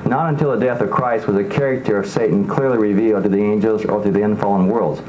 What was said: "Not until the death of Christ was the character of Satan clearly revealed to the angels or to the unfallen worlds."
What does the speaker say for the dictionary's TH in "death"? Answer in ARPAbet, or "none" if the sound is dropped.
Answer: TH